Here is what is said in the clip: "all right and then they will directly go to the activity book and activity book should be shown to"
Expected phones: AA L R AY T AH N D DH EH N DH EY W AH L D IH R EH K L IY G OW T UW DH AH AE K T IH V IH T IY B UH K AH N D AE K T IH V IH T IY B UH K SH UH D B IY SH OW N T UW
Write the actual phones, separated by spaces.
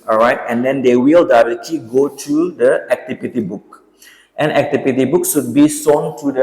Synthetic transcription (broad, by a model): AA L R AY T AH N D EH N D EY W AH L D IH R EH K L IY G OW T UW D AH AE K T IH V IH T IY B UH K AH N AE K T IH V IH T IY B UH K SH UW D B IY S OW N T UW